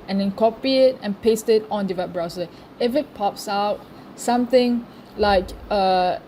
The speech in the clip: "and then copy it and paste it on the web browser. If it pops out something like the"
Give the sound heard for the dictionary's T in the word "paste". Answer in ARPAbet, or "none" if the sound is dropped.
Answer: T